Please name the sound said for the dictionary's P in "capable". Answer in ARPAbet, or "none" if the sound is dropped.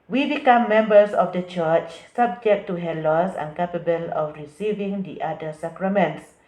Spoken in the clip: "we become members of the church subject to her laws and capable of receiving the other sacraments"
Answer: P